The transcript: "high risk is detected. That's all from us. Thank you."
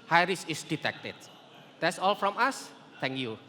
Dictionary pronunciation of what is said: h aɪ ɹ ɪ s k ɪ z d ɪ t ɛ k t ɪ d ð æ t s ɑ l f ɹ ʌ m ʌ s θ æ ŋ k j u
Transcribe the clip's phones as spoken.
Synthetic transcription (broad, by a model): h aɪ ɹ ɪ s ɪ s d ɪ t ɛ k t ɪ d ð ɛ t s ɑ l f ɹ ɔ m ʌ s t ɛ ŋ k j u